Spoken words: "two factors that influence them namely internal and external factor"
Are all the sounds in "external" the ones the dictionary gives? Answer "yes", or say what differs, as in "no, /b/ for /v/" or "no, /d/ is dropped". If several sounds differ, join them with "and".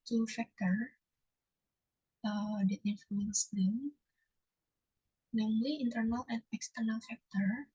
yes